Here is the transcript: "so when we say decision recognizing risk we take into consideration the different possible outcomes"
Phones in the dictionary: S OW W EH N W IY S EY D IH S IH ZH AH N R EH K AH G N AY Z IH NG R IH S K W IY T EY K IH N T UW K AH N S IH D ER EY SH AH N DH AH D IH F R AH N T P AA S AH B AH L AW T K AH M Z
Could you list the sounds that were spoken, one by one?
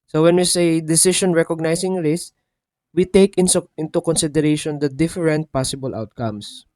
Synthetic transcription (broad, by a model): S OW W EH N W IY S EY D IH S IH SH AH N R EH K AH G N AY S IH NG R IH S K W IY T EY K IH N T UW K AH N S IH D ER EY SH AH N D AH D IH F R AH N T P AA S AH B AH L AW T K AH M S